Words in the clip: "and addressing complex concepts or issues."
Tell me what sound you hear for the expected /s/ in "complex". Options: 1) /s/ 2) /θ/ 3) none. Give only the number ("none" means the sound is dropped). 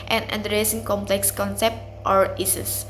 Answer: 1